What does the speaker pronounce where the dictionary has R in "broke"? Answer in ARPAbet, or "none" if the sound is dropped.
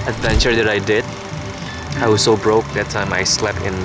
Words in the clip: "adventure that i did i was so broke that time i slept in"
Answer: R